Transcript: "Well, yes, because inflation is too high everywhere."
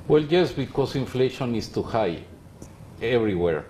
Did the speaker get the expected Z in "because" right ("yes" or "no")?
no